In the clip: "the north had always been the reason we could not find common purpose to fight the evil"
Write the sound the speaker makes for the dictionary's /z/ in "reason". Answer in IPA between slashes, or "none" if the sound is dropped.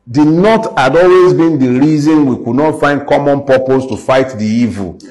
/z/